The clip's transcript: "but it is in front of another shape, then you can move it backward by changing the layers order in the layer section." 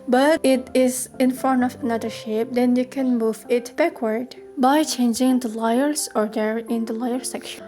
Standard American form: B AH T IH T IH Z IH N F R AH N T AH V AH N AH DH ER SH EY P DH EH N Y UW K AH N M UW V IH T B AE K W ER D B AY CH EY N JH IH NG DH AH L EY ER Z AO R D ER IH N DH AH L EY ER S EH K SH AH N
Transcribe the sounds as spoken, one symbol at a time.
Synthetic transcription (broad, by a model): B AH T IH T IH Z IH N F AH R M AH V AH N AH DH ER SH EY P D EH N Y UW K AH N M UW V IH T B AE K W ER D B AY CH EY N JH IH NG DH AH L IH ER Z AO R D ER IH N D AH L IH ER S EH K SH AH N